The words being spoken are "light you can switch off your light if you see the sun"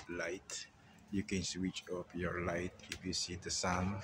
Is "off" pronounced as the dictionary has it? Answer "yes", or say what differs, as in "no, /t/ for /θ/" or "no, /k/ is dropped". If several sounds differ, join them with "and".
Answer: no, /p/ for /f/